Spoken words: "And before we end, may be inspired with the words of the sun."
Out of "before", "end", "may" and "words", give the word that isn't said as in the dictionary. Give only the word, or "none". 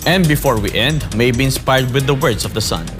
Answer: words